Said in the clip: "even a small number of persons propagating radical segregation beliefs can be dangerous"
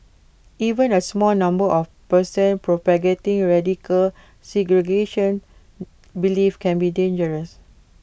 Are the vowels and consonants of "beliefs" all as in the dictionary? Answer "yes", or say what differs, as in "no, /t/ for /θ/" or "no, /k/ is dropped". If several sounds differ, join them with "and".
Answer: no, /s/ is dropped